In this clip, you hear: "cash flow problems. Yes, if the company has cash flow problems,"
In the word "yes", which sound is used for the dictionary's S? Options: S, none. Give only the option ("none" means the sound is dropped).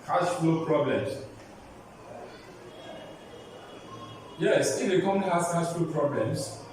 S